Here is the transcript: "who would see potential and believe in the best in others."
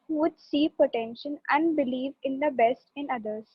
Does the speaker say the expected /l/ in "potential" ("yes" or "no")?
no